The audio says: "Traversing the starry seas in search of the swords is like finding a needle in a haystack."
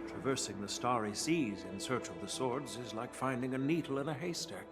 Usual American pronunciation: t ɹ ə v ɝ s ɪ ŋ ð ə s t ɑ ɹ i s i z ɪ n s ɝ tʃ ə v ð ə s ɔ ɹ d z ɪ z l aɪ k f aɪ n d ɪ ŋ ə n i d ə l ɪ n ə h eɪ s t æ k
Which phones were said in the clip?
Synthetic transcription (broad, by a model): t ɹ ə v ɝ s ɪ ŋ ð ə s t ɑ ɹ i s i z ɪ n s ɝ tʃ ə v ð ə s ɔ ɹ d z ɪ z l aɪ k f aɪ n d ɪ ŋ ə n i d l ɪ n ə h eɪ s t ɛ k